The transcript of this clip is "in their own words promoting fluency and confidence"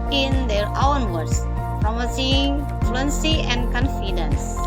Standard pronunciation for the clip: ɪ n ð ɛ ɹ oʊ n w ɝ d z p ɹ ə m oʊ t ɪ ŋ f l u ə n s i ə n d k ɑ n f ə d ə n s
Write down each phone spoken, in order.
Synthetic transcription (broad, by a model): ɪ n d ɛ ɹ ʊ n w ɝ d s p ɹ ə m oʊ s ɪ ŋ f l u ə n s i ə n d k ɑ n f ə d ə n s